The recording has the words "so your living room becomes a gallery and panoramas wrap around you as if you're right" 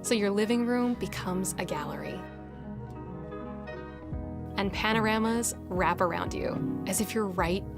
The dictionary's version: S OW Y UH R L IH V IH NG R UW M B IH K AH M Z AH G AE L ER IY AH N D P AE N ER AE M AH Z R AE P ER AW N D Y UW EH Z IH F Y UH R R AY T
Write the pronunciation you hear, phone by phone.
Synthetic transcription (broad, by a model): S OW Y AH R L IH V IH NG R UW M B IH K AH M Z AH G AE L ER IY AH N P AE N ER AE M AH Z R AE P ER AW N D Y UW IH Z IH F Y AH R R AY T